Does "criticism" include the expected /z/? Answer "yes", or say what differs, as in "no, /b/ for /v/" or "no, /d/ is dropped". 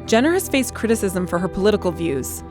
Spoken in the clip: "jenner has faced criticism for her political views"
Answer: yes